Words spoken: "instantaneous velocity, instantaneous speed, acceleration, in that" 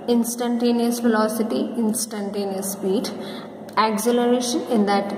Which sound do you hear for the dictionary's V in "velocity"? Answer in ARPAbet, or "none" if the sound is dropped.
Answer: F